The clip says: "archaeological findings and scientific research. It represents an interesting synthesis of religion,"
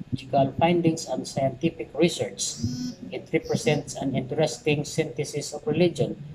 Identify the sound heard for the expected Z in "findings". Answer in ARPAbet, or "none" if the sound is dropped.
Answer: S